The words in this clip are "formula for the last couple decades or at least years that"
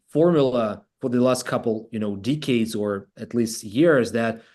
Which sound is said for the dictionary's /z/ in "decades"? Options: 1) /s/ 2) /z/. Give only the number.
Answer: 2